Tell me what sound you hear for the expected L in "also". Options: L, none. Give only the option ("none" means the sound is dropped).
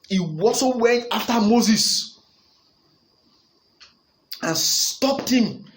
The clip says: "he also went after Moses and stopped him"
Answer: none